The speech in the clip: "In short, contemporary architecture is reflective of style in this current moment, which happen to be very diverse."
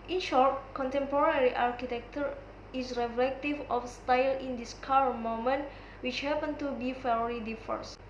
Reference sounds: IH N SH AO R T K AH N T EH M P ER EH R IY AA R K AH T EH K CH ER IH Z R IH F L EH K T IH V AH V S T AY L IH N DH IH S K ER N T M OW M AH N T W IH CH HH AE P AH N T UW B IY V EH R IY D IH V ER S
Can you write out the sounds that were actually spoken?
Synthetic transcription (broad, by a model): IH N SH AO R T K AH N T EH M P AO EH R IY AA R K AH T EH K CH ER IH S R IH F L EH K T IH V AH F S T AY L IH N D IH S K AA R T M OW M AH N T W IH CH HH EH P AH N T UW B IY F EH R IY D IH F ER S